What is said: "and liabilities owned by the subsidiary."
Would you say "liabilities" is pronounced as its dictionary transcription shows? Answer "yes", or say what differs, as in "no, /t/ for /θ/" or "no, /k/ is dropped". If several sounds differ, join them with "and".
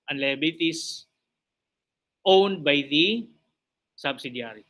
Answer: no, /s/ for /z/